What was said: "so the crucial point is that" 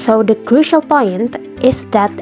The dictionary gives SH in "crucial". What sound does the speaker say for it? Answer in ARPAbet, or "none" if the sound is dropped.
SH